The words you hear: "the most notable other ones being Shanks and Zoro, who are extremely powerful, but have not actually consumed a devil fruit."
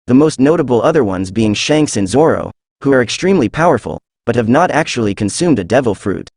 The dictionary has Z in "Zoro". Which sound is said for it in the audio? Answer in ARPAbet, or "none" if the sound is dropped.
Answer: Z